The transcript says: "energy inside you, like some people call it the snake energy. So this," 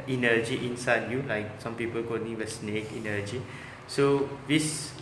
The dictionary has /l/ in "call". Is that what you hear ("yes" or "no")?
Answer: no